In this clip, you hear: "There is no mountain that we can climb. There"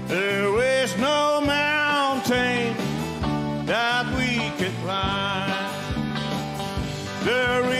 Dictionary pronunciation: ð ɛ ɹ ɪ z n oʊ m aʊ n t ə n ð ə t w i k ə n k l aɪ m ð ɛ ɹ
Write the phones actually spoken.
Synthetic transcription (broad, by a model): ð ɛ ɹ ɪ z n oʊ m aʊ n t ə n ð ə t w i k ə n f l aɪ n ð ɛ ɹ